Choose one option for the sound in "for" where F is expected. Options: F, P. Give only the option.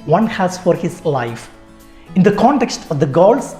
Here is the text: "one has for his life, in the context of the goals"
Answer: F